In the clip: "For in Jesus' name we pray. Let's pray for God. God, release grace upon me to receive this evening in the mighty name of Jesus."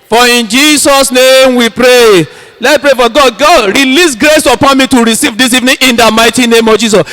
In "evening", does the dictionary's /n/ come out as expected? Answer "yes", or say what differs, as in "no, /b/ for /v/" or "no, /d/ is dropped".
yes